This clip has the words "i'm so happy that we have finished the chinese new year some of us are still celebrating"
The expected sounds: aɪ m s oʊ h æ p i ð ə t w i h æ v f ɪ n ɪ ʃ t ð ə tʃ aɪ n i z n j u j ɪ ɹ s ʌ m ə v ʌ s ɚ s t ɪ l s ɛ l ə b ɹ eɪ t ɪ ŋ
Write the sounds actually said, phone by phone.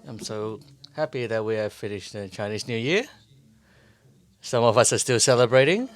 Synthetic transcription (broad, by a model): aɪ m s oʊ h æ p i ð ə t w i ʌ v f ɪ n ɪ ʃ t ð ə tʃ aɪ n i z n j u j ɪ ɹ s ʌ m ə v ʌ s ɚ s t ɪ l s ɛ l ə b ɹ eɪ t ɪ ŋ